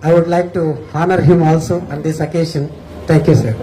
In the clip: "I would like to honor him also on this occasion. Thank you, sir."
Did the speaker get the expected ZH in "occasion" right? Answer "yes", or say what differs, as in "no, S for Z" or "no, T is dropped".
no, SH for ZH